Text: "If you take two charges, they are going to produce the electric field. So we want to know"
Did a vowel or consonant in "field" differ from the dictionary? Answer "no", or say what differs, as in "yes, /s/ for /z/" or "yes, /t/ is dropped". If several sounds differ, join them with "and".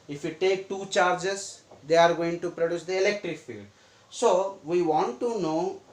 no